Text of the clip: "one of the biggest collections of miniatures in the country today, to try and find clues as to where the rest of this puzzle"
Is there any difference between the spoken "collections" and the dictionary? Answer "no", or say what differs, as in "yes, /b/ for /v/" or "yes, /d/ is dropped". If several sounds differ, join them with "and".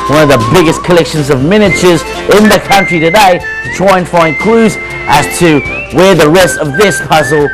no